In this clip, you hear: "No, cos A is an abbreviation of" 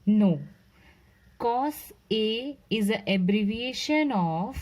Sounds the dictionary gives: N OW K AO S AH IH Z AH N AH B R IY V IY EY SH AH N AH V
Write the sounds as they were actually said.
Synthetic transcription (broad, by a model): N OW K AO S AH IH Z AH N AH B R IY V IY EY SH AH N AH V